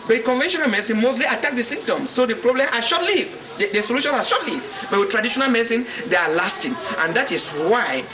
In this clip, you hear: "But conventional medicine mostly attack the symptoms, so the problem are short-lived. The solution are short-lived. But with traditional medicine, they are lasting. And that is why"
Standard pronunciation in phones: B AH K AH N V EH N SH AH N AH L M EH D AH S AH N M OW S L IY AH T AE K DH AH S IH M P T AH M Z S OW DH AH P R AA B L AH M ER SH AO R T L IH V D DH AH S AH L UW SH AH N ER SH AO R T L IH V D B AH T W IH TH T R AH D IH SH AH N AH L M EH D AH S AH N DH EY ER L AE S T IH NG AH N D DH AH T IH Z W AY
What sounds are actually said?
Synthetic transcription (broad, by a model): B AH K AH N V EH N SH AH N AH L M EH S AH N M OW S L IY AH T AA K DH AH S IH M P T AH M S OW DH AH P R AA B L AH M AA SH AO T L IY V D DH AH S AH L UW SH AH N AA SH AO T L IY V B AH T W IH T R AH D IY SH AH N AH L M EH S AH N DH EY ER L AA S T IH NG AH N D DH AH T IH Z W AY